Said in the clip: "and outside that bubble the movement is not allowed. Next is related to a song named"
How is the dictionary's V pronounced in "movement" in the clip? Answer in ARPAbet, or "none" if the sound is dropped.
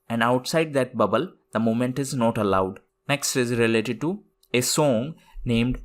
none